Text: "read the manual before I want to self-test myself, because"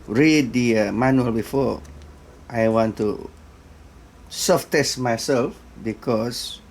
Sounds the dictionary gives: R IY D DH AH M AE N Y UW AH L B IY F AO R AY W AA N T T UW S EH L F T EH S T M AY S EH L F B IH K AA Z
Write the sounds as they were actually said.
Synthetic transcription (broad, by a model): R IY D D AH M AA N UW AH L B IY F AO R AY W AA N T T UW S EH F T EH S T M AY S EH L F B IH K AA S